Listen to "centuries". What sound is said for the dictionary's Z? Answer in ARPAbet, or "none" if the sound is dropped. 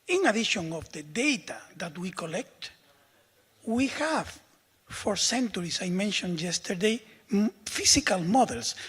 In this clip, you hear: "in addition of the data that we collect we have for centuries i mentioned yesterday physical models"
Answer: S